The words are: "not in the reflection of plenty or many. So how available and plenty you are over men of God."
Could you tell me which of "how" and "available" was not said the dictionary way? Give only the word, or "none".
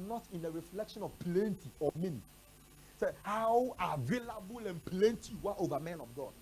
none